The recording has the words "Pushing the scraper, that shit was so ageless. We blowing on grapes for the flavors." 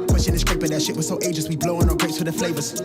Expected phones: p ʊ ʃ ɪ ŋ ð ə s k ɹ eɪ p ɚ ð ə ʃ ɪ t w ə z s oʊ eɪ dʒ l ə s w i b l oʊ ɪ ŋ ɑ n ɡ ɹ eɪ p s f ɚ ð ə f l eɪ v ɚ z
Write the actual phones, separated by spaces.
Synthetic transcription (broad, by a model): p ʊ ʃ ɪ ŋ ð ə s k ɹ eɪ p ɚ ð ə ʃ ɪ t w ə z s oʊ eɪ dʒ ə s w i b l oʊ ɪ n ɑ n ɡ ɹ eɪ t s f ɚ ð ə f l eɪ v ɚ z